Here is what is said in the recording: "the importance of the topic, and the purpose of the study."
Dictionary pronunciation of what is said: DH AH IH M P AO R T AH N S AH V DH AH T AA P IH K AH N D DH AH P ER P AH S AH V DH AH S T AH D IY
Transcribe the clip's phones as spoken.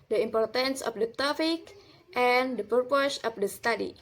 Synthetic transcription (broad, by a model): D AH IH M P AO R T AH N S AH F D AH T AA F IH K AH N D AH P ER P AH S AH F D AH S T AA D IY